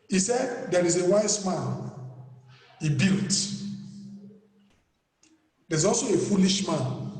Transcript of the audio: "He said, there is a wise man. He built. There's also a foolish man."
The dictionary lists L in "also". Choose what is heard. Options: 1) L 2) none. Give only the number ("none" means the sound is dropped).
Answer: 1